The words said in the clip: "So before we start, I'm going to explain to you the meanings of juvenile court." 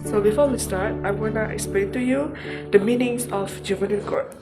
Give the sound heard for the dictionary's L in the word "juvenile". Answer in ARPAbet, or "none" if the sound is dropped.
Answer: N